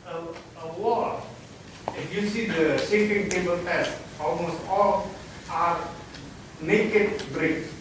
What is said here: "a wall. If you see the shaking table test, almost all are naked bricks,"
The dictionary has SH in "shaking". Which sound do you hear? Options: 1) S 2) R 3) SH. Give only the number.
1